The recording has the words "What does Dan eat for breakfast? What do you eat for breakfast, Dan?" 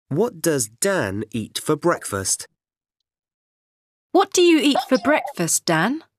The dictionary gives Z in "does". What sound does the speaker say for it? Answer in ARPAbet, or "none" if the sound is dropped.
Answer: Z